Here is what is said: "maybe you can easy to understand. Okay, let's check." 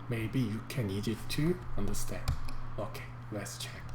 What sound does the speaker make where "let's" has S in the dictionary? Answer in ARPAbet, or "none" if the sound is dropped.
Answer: S